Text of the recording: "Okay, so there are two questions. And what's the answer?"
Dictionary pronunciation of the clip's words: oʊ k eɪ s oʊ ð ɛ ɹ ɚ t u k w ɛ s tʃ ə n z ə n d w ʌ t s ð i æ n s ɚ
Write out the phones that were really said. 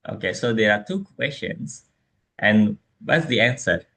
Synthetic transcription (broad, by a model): oʊ k eɪ s oʊ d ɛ ɹ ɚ t u k w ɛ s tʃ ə n s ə n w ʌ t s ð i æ n s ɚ